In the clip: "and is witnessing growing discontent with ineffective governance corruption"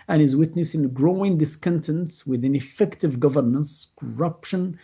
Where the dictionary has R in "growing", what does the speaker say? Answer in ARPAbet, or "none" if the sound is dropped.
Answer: R